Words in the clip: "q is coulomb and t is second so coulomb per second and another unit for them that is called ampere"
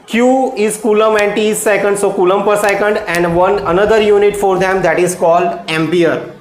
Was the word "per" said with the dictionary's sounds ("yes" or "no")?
yes